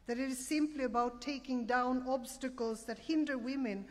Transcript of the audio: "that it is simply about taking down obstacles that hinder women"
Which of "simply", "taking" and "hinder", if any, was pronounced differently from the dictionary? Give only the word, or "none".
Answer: none